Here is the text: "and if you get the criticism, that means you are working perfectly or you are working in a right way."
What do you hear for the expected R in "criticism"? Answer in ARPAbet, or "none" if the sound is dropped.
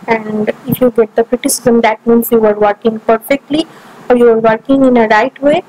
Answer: R